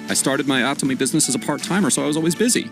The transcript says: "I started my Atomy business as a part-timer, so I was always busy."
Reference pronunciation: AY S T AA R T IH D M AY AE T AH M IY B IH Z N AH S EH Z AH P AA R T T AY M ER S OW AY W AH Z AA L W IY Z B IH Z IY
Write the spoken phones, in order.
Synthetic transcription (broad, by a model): AY S T AA R T IH D M AY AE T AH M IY B IH Z N AH S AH Z AH P AA R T T AY M ER S OW AY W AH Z AA L W IY Z B IH Z IY